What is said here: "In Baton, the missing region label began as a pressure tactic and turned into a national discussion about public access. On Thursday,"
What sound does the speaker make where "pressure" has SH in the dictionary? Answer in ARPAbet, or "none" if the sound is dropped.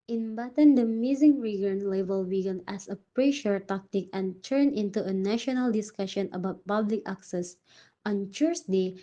SH